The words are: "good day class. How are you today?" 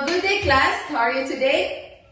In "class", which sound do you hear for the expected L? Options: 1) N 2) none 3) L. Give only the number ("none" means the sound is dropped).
3